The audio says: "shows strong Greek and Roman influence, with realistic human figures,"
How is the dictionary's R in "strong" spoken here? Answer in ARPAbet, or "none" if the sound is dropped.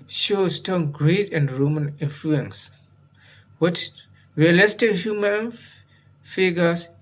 none